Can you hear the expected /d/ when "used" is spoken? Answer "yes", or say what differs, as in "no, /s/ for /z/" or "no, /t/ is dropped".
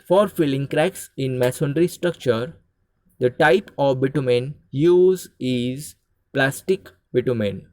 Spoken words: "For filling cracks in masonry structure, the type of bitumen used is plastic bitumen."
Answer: no, /d/ is dropped